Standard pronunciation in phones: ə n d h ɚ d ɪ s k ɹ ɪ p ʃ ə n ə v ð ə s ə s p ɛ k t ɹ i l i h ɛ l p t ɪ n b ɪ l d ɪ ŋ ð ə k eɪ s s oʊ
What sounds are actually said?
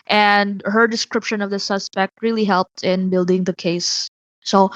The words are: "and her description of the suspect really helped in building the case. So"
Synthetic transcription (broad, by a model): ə n d h ɚ d ɪ s k ɹ ɪ p ʃ ə n ə v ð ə s ə s p ɛ k t ɹ i l i h ɛ l p t ɪ n b ɪ l d ɪ ŋ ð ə k eɪ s s oʊ